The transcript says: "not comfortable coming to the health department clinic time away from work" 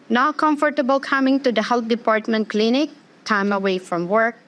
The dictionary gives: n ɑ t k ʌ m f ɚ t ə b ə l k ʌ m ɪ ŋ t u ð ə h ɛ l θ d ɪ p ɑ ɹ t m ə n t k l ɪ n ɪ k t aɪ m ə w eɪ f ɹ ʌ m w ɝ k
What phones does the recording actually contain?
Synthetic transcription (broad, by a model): n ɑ k ʌ m f ɚ t ə b ə l k ʌ m ɪ ŋ t u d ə h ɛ l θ d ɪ p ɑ ɹ t m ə n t k l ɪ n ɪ k t aɪ m ə w eɪ f ɹ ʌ m w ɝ k